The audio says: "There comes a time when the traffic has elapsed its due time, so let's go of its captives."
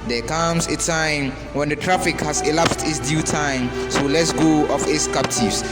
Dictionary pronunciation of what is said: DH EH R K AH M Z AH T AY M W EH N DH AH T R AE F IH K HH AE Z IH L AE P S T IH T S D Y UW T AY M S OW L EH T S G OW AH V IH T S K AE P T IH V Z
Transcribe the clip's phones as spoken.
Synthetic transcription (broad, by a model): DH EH K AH M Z AH T AY M W EH N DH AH T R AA F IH K HH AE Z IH L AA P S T IH T S D Y UW T AY M S OW L EH T S G OW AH F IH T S K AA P T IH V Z